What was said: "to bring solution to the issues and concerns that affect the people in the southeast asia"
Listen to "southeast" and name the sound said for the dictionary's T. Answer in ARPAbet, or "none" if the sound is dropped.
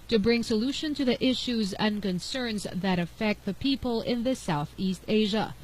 T